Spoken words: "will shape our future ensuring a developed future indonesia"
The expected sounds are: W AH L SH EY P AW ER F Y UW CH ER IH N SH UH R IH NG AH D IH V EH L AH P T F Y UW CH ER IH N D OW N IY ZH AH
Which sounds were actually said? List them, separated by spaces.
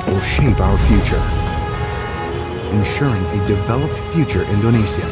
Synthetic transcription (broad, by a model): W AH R SH EY P AW ER F Y UW CH ER IH N SH UH R IH NG AH D IH V EH L AH P T F Y UW CH ER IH N D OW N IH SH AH